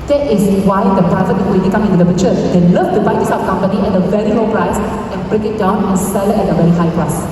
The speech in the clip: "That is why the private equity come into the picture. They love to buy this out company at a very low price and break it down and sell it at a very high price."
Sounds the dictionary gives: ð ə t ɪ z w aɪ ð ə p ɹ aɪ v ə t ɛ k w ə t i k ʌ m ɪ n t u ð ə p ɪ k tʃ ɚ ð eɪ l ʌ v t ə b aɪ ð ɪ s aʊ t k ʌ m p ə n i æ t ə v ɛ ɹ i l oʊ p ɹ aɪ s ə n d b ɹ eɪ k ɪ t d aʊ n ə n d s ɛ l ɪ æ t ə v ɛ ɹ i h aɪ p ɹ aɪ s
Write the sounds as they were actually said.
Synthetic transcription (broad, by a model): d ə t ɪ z w aɪ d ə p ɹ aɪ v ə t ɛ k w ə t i k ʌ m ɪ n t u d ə b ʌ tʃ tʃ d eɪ l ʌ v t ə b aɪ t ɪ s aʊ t k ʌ m p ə n i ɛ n ə v ɛ ɹ i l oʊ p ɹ aɪ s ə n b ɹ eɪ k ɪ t d aʊ n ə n s ɛ l ɪ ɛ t ə v ɛ ɹ i h aɪ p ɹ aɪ s